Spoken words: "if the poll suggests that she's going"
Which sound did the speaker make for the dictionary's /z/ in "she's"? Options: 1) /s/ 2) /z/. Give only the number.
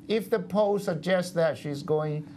2